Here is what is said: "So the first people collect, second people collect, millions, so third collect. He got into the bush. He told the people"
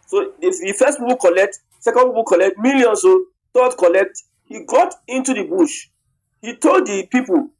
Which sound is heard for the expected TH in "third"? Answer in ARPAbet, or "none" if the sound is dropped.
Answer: T